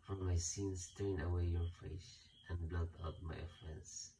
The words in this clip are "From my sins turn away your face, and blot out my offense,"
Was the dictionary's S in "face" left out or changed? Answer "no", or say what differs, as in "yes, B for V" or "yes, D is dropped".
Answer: yes, SH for S